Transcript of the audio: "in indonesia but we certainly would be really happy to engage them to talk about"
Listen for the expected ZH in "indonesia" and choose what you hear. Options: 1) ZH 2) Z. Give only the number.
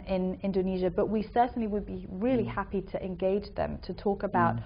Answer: 1